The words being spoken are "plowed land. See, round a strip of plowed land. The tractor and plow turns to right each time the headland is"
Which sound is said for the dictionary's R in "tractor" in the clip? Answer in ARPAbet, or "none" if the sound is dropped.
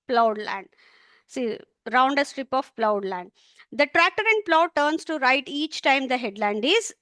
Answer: R